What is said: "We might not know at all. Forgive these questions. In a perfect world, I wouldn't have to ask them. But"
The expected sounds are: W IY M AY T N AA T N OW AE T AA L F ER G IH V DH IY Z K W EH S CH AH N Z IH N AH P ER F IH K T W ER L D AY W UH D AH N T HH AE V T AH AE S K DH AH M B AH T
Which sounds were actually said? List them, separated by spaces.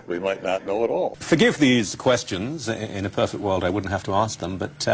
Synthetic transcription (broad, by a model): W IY M AY T N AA T N OW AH T AA L F ER G IH V DH IY Z K W EH S CH AH N Z IH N AH P ER F IH K T W ER L D AY W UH D N T HH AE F T AH AE S K DH AH M B AH T